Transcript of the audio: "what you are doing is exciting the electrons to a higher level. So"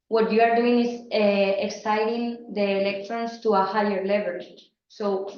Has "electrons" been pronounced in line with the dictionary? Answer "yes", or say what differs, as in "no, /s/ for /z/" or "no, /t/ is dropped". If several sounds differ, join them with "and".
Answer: no, /s/ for /z/